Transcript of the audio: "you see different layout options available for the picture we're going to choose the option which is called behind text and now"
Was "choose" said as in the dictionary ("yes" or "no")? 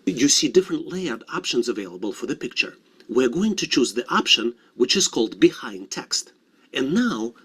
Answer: yes